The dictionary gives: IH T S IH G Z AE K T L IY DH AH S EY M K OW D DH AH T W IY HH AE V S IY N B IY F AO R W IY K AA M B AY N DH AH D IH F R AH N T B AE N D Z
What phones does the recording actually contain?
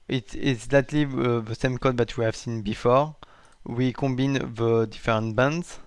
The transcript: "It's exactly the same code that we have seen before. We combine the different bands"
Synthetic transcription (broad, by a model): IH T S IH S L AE T L IY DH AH S EY M K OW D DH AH T W IY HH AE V S IY N B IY F AO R W IY K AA B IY N DH AH D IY F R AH N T B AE N D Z